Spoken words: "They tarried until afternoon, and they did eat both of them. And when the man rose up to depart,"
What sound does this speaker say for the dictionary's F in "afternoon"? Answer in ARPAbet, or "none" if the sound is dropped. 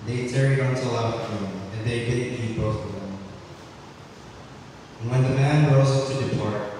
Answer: none